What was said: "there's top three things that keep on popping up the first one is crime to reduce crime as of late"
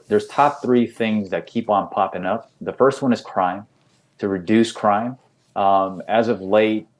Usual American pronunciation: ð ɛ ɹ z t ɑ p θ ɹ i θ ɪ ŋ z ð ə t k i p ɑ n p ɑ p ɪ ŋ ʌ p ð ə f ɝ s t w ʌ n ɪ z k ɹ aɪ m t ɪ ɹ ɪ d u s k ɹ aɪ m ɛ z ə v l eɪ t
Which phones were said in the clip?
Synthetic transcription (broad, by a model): ð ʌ ɹ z t ɑ p θ ɹ i θ ɪ ŋ z ð ə t k i p n p ɑ p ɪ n ʌ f ð ə f ɝ s t w ʌ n ɪ z k ɹ aɪ m t ɪ ɹ ɪ d u s k ɹ aɪ m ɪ z ə v l eɪ t